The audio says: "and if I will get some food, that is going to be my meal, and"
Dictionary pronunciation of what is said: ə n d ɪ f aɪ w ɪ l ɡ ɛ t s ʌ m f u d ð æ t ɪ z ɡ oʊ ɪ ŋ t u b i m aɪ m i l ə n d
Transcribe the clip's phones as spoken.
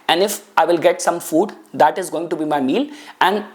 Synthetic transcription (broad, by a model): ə n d ɪ f aɪ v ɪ l ɡ ɛ t s ʌ m f u d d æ t ɪ z ɡ oʊ ɪ ŋ t u b i m aɪ m i l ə n d